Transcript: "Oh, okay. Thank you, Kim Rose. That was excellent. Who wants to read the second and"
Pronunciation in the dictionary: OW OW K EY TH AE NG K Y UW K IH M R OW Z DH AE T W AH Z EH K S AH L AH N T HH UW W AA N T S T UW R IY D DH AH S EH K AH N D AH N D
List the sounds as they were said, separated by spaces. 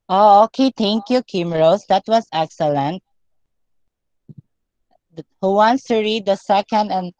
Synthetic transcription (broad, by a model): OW OW K EY T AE NG K Y UW K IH M R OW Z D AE T W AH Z EH K S AH L AH N T HH UW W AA N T S T UW R IY D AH S EH K AH N D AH N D